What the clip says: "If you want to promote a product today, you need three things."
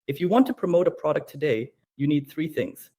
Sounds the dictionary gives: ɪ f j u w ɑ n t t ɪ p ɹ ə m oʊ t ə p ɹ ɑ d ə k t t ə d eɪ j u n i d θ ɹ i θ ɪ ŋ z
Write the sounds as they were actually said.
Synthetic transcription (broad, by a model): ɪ f j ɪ w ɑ n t t ɪ p ɹ ə m oʊ t ə p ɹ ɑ d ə k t t ə d eɪ j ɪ n i d θ ɹ i θ ɪ ŋ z